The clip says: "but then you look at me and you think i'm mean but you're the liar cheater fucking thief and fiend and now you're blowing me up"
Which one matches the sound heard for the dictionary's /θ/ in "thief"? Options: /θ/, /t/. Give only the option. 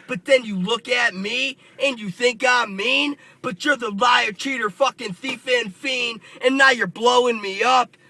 /θ/